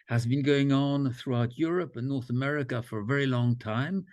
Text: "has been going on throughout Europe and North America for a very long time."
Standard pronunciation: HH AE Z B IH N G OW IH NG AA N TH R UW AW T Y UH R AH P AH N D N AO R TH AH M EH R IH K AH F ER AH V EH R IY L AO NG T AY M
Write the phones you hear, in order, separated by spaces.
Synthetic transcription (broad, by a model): HH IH Z B IH N G OW IH NG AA N TH R UW AW T Y UH R AH P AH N N AO R TH AH M EH R IH K AH F ER AH V EH R IY L AO NG T AY M